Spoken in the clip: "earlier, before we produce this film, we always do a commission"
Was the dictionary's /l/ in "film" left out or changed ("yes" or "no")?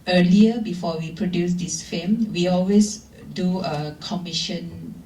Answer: yes